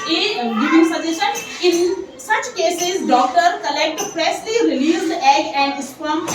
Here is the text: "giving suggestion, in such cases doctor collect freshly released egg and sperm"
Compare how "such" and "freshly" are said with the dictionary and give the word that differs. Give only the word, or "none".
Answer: freshly